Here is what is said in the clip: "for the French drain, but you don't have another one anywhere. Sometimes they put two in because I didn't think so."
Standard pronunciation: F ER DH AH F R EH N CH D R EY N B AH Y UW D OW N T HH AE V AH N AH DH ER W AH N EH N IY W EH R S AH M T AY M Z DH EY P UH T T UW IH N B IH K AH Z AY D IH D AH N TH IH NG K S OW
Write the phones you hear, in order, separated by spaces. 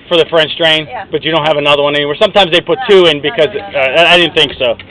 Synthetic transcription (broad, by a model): F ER DH AH F R EH N CH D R EY N B AH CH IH D OW N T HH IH V AH N AH DH ER W AH N EH N IY W EH R S AH M T AY M Z DH EY P UH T T UW IH N B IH K AH Z AY D IH D N TH IH NG K S OW